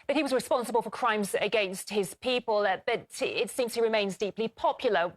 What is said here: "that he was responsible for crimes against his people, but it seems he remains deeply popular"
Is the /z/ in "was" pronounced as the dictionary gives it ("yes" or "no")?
yes